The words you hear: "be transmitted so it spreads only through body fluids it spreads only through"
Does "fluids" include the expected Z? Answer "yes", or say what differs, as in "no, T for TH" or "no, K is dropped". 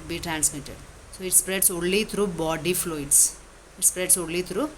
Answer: no, S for Z